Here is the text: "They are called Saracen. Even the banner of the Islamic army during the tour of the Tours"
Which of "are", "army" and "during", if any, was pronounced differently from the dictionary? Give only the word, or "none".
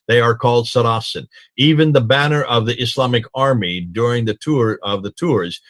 none